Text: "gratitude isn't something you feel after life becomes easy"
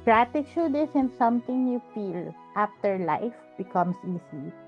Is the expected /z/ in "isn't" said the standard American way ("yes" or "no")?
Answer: no